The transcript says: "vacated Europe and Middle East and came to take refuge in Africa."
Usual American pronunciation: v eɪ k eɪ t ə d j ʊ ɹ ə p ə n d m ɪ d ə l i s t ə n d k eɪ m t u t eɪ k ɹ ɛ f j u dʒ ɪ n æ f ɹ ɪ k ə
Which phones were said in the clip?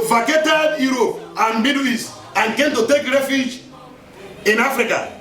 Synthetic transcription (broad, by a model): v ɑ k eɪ t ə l j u ɹ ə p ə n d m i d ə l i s ə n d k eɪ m t u t eɪ k ɹ ɛ f j u dʒ ɪ n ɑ f ɹ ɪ k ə